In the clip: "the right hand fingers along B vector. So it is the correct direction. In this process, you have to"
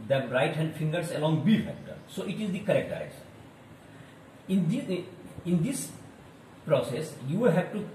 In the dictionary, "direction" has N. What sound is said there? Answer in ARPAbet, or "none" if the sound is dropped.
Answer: none